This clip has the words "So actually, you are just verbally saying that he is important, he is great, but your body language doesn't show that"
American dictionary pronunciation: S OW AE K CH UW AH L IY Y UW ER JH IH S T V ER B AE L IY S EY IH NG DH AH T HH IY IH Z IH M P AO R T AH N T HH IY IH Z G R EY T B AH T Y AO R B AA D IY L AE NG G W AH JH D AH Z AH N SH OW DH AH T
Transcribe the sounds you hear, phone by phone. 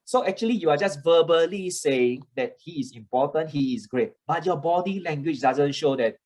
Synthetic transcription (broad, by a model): S OW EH K CH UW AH L IY Y UW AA JH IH S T V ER B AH L IY S EY IH NG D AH T HH IY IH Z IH M P AO T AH N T HH IY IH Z G R EY T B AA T Y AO B AA D IY L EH NG G W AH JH D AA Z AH N SH OW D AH T